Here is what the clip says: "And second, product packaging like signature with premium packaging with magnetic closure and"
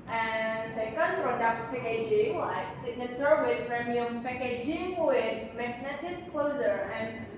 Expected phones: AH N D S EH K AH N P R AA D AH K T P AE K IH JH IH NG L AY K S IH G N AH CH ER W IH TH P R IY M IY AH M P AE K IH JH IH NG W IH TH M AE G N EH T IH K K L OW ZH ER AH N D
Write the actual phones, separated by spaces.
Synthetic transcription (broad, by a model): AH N S EH K AH N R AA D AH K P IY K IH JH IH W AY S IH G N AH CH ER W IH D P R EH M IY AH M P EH K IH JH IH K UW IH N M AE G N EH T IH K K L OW Z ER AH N